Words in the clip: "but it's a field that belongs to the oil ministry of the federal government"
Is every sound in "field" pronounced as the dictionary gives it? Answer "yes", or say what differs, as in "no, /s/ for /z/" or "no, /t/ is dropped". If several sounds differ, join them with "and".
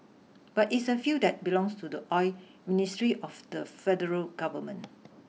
no, /l/ is dropped